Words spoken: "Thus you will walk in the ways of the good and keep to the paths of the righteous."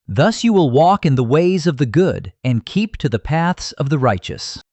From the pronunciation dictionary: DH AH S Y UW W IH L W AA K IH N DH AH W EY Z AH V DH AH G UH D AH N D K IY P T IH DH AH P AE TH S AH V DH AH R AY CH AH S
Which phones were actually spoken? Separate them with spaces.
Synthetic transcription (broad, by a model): DH AH S Y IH W IH L W AA K IH N DH AH W EY Z AH V DH AH G UH D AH N K IY P T IH DH AH P AE TH S AH V DH AH R AY CH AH S